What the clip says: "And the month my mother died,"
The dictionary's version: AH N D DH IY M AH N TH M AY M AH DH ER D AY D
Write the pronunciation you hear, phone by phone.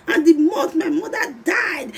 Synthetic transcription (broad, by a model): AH N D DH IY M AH TH M AY M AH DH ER D AY D